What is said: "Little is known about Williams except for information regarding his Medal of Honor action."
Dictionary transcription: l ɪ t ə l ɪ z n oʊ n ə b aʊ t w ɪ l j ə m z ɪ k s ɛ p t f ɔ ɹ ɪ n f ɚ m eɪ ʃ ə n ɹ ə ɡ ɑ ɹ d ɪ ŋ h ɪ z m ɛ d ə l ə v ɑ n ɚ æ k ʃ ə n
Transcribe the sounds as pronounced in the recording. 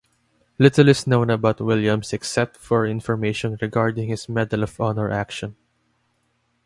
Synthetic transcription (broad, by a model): l ɪ t ə l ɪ s n oʊ n ə b aʊ t w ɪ l j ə m s ɪ k s ɛ p t f ɔ ɹ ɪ n f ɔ m eɪ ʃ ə n ɹ ə ɡ ɑ ɹ d ɪ ŋ h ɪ s m ɛ d ə l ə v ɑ n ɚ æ k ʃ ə n